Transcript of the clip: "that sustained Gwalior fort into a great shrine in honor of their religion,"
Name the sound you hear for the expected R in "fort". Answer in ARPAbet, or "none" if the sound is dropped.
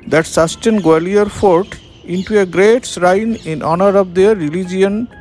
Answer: R